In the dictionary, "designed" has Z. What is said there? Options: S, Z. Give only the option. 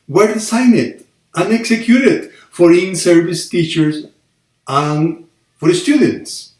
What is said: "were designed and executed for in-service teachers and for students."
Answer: S